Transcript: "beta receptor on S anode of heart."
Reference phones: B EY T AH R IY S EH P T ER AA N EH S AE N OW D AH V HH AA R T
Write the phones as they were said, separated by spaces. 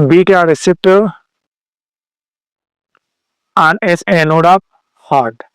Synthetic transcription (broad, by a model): B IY T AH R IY S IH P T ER AA N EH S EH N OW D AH P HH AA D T